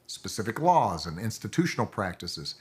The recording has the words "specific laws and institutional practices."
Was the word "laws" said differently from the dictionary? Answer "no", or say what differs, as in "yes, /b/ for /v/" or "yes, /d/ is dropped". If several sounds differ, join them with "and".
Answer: no